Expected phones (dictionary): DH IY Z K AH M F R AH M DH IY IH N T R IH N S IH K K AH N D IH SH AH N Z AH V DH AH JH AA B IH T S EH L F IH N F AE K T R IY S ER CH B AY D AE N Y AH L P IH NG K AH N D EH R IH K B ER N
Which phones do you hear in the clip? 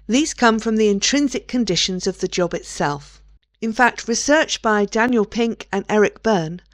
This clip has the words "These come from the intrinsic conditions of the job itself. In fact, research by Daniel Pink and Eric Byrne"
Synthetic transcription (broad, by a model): DH IY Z K AH M F R AH M DH IY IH N T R IH N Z IH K K AH N D IH SH AH N Z AH V DH AH JH AA B IH T S EH L F IH N F AE K T R IY S ER CH B AY D AE N Y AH L P IH NG K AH N EH R IH K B ER N